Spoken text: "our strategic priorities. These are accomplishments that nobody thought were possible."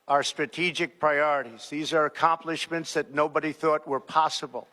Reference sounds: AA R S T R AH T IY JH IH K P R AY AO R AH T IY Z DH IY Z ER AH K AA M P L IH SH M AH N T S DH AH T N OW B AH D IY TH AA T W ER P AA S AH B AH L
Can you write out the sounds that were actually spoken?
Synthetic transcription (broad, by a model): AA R S T R AH T IY JH IH K P R AY AO R AH T IY Z DH IY Z ER AH K AA M P L IH SH M AH N T S DH AH T N OW B AH D IY TH AA T W ER P AA S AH B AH L